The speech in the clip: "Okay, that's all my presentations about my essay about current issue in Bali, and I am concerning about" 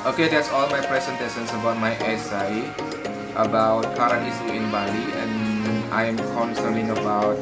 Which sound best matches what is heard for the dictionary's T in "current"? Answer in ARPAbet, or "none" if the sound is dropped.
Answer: none